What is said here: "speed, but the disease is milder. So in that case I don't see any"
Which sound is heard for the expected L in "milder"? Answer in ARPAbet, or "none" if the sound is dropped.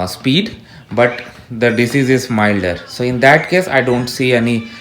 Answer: L